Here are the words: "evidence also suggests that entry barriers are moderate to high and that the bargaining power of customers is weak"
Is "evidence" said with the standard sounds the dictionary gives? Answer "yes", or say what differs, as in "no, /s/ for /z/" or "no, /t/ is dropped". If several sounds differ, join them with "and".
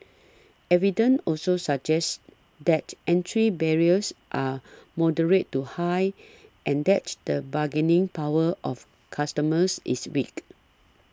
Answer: no, /s/ is dropped